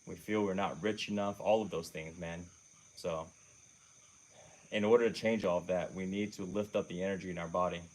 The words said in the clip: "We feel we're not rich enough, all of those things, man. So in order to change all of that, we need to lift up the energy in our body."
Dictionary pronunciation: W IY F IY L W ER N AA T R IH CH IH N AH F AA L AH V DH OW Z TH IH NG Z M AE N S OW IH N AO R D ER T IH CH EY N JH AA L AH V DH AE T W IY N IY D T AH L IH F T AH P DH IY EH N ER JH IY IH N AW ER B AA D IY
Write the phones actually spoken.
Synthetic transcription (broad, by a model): W IY F IY L W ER N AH T R IH CH IH N AH F AA L AH V DH OW Z TH IH NG Z M AE N S OW IH N AO R D ER T IH CH EY N JH AA L AH V DH AE T W IY N IY D T AH L IH F T AH P DH IY EH N ER JH IY IH N AW ER B AA D IY